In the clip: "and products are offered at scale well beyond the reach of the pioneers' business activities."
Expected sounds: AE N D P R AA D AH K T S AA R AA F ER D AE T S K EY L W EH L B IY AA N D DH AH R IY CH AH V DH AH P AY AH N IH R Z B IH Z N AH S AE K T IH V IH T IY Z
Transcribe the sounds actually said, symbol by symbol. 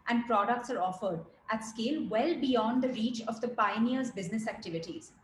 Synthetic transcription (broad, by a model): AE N D P R AA D AH K T S AA R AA F ER D AE T S K EY L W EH L B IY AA N D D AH R IY CH AH V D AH P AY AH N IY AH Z B IH Z N AH S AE K T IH V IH T IY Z